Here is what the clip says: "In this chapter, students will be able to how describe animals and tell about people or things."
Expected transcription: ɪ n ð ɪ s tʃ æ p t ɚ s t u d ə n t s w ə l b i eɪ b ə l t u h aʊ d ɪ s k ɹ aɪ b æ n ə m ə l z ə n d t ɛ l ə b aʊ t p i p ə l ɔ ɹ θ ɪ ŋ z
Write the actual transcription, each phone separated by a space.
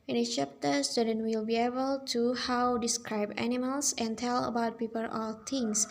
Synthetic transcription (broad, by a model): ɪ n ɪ tʃ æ p t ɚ s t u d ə n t w ə l b i eɪ b ə l t u h aʊ d ɪ s k ɹ aɪ b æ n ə m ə l s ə n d t ɛ l ə b aʊ t p i p ə l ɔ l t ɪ ŋ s